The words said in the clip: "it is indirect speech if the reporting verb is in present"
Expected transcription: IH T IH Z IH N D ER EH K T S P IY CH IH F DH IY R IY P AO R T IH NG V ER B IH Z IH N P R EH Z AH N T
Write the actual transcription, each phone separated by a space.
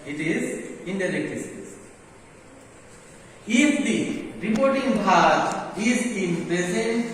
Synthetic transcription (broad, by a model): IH T IH Z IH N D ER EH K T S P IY S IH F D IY R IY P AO R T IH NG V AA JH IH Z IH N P R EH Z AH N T